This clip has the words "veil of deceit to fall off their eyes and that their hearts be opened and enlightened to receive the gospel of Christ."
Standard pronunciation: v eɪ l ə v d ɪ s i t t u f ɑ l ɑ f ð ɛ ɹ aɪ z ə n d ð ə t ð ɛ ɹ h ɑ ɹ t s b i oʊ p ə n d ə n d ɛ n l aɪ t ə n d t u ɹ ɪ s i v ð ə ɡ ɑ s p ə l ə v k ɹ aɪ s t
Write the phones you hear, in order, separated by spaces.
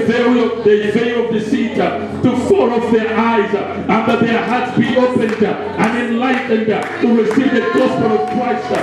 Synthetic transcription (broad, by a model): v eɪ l ə v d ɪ s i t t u f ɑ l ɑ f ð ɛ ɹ aɪ z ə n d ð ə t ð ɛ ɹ h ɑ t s b i oʊ p ə n d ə n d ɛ n l aɪ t n d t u ɹ ɪ s i v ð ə ɡ ɑ s p ə l ə v k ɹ aɪ s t